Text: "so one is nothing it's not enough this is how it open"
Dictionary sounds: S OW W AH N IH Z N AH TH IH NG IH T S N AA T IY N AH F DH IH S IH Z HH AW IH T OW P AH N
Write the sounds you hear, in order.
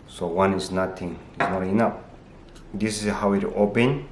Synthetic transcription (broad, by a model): S OW W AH N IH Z N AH T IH NG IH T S N AA T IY N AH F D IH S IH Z HH AW IH T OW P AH N